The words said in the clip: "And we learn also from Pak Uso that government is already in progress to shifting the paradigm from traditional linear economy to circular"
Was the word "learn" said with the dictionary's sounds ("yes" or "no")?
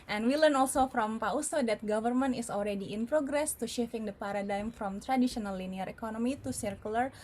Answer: yes